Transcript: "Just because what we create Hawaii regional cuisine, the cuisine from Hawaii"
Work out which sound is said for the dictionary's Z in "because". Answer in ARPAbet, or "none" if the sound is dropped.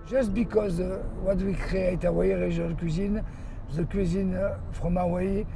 Z